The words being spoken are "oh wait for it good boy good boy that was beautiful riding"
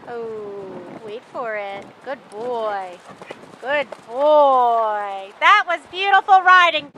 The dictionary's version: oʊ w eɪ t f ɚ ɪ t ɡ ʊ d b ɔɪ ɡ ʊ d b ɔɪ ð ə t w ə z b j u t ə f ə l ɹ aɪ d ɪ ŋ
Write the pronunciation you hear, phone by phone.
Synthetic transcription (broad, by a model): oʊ w eɪ t f ɚ ɪ t ɡ ʊ d b ɔɪ ɡ ʊ d b ɔɪ ð ə t w ə z b j u t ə f l ɹ aɪ d ɪ ŋ